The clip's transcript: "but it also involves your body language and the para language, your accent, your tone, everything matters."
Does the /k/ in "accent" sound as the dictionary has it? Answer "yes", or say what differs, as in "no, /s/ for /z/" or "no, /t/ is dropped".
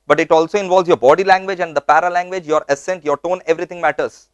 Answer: no, /k/ is dropped